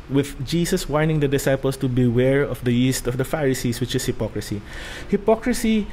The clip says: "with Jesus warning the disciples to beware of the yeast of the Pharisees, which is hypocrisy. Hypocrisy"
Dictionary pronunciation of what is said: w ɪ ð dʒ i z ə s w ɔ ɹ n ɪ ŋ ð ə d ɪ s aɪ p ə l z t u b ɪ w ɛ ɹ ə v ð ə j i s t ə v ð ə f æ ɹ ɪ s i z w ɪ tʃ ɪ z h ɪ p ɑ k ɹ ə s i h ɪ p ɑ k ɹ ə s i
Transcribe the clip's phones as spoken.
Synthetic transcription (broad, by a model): w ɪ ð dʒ i s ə s w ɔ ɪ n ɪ ŋ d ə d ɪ s aɪ p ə l s t u b ɪ w ɛ ɹ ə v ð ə j i s t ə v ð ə f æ ɹ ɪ s i s w ɪ tʃ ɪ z h ɪ p ɑ k ɹ ə s i h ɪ p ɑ k ɹ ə s i